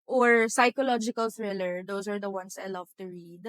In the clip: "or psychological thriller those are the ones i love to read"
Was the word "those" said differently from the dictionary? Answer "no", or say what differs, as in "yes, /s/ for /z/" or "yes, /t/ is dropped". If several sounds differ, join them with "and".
yes, /s/ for /z/